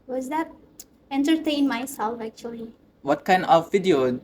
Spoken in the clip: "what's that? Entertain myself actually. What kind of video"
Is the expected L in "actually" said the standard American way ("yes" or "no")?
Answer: yes